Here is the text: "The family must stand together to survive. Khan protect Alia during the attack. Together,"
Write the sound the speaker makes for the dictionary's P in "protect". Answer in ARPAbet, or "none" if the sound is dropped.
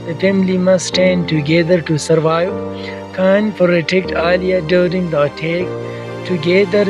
F